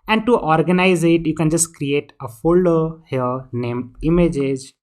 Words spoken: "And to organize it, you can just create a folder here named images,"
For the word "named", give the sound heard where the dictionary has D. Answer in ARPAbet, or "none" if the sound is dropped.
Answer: none